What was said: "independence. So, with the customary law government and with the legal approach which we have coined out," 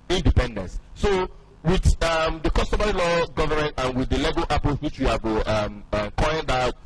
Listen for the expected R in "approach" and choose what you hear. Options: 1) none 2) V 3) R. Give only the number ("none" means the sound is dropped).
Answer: 1